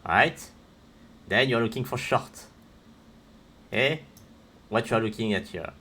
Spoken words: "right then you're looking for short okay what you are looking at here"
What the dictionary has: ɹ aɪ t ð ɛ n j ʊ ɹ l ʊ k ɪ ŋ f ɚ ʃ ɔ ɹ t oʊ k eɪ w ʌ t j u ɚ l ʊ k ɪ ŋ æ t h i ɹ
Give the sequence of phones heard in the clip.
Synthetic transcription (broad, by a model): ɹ aɪ t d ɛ n j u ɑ l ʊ k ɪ ŋ f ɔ ʃ ɔ ɹ t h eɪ w ʌ t j u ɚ l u k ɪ ŋ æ t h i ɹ